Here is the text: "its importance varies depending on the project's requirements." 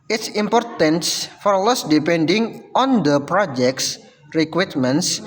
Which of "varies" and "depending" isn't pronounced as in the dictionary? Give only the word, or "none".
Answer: varies